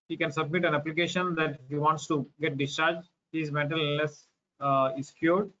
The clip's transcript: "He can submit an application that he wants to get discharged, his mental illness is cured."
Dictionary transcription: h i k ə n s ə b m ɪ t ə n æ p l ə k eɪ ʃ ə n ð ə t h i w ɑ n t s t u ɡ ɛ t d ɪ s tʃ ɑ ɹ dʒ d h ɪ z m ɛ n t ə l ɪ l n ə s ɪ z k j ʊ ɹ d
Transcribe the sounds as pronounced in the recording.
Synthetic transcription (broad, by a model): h i k ə n s ə b m ɪ t ə n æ p l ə k eɪ ʃ ə n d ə t h i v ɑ n t s t u ɡ ɛ t d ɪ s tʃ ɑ ɹ dʒ h ɪ z m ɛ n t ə l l ə s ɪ s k j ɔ ɹ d